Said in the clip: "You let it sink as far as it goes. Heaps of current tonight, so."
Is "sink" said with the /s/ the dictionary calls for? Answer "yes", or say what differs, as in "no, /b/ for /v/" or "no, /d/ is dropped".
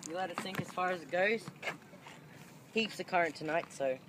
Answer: no, /θ/ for /s/